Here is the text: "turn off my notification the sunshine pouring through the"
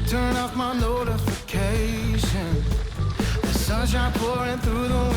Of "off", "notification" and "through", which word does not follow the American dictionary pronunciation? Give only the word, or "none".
none